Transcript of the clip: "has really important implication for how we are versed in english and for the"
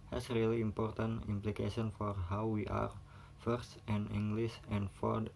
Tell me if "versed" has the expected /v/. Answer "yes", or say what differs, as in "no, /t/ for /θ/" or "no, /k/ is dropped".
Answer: no, /f/ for /v/